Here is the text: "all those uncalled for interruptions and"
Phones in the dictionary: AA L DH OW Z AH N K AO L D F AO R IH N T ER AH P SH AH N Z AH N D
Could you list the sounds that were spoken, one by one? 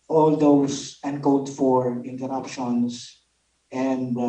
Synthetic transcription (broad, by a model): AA L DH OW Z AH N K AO D F AO R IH N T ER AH P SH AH N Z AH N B